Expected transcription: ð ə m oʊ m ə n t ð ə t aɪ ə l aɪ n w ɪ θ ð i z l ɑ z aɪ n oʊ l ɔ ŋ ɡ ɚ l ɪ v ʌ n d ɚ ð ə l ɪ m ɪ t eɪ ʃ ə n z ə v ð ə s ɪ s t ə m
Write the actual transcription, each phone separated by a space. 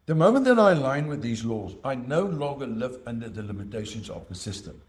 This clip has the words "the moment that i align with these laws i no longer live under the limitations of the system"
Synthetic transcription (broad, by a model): ð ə m oʊ m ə n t ð ə t aɪ ə l aɪ n w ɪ ð i z l ɑ z aɪ n oʊ l ɔ ŋ ɡ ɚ l ɪ v ʌ n d ɚ ð ə l ɪ m ɪ t eɪ ʃ ə n z ə v ð ə s ɪ s t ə m